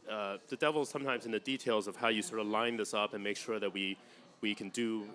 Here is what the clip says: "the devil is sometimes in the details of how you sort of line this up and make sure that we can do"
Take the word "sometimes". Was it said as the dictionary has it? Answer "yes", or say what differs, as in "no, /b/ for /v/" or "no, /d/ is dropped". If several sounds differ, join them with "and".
yes